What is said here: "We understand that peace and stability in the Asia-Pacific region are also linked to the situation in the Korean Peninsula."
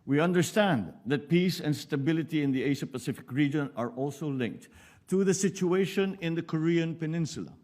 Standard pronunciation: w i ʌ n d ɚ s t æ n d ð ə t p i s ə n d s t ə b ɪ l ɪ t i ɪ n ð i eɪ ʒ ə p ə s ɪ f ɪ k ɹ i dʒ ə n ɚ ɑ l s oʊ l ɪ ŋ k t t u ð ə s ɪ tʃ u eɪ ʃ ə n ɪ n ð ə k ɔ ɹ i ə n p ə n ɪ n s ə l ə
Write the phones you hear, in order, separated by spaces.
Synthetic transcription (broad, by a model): w i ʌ n d ɚ s t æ n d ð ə t p i s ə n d s t ə b ɪ l ɪ t i ɪ n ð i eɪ ʃ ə p ə s ɪ f ɪ k ɹ i dʒ ə n ɚ ɑ l s oʊ l ɪ ŋ k t t u ð ə s ɪ tʃ u eɪ ʃ ə n ɪ n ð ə k ɔ ɹ i ə n p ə n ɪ n s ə l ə